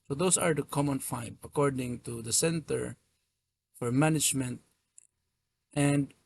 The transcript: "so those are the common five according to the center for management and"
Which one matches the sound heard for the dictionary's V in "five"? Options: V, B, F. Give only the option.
B